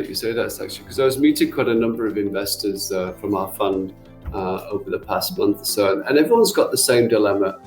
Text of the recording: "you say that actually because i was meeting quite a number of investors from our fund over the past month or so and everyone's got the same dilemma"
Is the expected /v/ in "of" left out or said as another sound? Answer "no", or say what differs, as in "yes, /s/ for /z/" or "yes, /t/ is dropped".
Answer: no